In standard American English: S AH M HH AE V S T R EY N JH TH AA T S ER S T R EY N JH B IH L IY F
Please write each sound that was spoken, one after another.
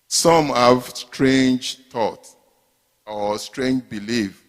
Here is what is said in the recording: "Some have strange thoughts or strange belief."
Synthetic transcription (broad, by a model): S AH M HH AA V S T R EY N JH T AA T AO S T R EY N JH B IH L IY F